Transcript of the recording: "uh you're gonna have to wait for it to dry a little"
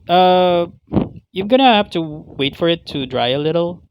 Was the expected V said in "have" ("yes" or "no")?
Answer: no